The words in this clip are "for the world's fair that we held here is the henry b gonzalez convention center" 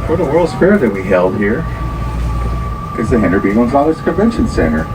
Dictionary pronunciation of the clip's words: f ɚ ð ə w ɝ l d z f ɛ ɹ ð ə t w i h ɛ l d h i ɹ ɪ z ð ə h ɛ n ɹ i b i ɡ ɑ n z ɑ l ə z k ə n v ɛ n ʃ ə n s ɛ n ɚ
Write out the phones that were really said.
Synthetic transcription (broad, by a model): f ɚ ð ə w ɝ l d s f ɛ ɹ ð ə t w i h ɛ l d h i ɹ ɪ z ð ə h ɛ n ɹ b i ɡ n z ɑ n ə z k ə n v ɛ n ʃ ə n s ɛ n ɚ